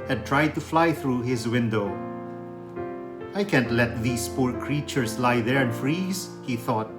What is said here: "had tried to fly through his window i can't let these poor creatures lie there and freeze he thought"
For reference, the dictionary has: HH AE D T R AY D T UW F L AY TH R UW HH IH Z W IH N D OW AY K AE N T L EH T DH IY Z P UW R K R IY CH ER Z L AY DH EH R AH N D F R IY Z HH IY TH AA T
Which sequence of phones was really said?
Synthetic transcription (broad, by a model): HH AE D T R AY D T UW F L AY TH R UW HH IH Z W IH N D OW AY K AE N T L EH T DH IY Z P UW R K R IY CH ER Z L AY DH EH R AH N D F R IY Z HH IY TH AA T